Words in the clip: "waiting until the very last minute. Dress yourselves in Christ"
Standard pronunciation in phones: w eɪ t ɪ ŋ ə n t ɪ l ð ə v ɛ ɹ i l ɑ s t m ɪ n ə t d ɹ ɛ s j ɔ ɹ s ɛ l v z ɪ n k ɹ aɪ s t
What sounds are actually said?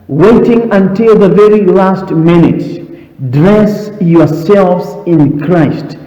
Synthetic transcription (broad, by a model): w eɪ t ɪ ŋ ə n t ɪ l ð ə v ɛ ɹ i l ɑ s t m ɪ n ə t d ɹ ɛ s j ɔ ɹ s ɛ l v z ɪ n k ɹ aɪ s t